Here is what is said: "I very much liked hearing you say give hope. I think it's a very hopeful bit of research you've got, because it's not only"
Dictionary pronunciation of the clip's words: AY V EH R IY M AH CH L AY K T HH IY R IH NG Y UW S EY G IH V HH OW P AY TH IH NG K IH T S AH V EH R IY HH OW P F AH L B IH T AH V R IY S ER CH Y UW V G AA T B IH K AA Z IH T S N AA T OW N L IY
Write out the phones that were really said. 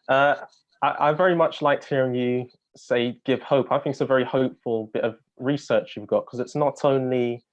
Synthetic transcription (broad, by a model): AY V EH R IY M AH CH L AY K T HH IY R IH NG Y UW S EY G IH V HH OW P AY TH IH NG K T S AH V EH R IY HH OW P F AH L B IH T AH V R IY S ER CH Y UW V G AA T K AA Z IH T S N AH T OW N L IY